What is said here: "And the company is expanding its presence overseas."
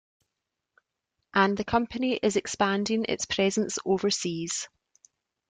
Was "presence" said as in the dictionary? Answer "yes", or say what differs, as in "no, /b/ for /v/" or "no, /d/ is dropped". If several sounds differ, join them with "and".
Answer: yes